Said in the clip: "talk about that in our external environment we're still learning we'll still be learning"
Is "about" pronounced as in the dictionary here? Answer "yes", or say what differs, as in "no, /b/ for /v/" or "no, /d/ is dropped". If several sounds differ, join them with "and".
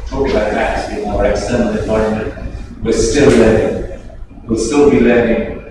no, /b/ is dropped